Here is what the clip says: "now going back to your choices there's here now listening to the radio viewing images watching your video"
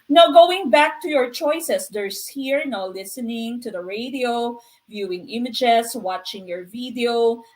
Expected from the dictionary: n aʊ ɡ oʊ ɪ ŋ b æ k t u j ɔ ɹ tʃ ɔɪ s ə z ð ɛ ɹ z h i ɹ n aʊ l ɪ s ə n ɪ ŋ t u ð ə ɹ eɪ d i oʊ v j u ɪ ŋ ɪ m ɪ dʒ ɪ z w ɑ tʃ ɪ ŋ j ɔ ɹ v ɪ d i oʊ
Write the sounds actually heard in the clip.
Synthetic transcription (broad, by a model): n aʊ ɡ oʊ ɪ ŋ b æ k t u j ɔ ɹ tʃ ɔɪ s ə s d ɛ ɹ s h i ɹ n aʊ l ɪ s ə n ɪ ŋ t u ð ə ɹ eɪ d i oʊ v j u ɪ ŋ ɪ m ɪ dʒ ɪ s w ɑ tʃ ɪ ŋ j ɔ ɹ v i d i oʊ